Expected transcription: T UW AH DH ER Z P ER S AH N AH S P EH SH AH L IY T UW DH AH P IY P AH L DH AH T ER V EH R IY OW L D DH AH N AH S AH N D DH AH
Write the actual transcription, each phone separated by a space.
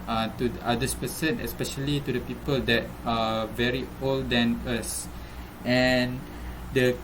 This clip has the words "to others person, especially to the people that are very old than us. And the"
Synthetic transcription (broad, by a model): T UW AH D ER S P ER S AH N AH S P EH SH AH L IY T UW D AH P IY P AH L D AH T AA V EH R IY OW L D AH N AH S AH N D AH